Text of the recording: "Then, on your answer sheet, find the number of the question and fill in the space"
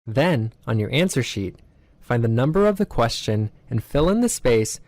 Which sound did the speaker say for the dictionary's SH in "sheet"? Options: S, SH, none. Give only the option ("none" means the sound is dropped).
SH